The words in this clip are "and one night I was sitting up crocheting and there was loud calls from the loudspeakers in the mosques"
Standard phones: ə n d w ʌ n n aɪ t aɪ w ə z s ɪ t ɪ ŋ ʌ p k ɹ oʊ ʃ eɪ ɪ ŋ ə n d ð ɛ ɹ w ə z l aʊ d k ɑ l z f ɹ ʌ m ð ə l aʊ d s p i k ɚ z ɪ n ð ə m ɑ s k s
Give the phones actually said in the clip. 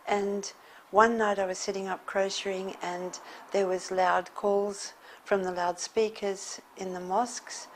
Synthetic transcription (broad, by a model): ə n w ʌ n n aɪ t aɪ w ə z s ɪ t ɪ ŋ ʌ p k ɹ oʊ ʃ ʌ ɪ ŋ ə n ð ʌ ɹ w ə z l aʊ d k ɑ l z f ɹ ʌ m ð ə l aʊ d s p i k ɚ z ɪ n ð ə m ɑ s k s